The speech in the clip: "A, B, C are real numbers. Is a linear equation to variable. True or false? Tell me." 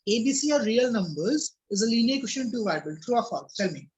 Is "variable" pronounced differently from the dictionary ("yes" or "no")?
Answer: yes